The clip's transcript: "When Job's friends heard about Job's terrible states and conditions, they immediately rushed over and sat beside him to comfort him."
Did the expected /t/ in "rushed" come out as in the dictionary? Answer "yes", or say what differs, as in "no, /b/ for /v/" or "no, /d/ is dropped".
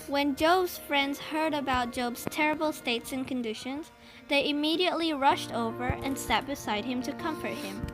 yes